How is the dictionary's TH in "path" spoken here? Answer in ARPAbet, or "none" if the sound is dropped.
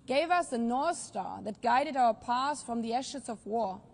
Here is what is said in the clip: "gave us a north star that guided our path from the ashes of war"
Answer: S